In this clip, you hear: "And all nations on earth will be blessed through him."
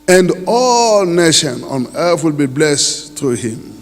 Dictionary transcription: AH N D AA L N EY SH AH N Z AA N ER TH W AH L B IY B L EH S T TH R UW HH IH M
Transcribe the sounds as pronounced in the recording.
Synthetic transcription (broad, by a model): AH N D AA L N EY SH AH N AA N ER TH W AH L B IY B L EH S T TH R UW HH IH M